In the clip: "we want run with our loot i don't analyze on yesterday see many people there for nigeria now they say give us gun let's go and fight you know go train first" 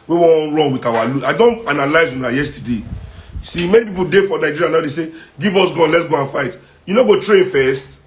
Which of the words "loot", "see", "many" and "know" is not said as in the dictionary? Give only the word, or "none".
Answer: loot